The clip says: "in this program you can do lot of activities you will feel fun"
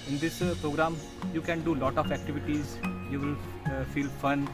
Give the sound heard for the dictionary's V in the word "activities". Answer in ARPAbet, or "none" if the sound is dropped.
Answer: V